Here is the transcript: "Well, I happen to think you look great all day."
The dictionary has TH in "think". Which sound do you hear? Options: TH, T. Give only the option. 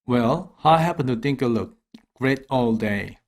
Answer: T